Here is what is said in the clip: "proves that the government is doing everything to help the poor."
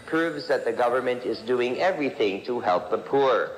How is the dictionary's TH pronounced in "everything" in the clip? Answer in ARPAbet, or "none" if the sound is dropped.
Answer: TH